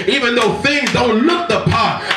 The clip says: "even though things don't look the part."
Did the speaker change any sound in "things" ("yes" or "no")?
no